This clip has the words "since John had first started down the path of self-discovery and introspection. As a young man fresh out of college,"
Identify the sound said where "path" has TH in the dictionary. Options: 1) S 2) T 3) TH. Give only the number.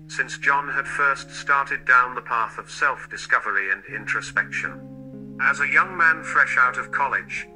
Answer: 3